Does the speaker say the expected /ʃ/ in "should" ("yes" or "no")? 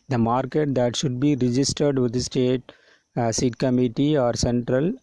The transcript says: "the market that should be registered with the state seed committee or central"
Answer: yes